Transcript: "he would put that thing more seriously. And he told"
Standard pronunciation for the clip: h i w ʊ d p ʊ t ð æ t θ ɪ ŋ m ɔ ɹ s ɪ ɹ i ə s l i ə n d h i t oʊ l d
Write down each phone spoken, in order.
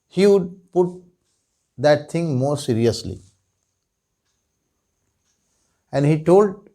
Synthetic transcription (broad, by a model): h i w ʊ d p ʊ t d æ t t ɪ ŋ m ɔ ɹ s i ɹ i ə s l i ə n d h i t oʊ l d